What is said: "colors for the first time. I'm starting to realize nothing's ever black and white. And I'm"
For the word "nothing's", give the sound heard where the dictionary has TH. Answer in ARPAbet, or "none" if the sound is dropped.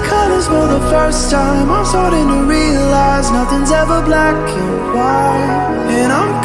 TH